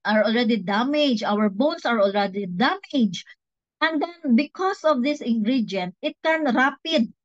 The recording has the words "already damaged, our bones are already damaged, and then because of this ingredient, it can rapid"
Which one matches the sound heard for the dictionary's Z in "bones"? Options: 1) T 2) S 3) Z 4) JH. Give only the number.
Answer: 2